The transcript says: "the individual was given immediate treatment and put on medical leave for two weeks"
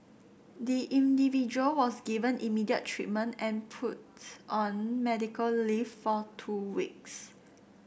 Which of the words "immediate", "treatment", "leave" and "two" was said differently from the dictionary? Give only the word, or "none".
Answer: leave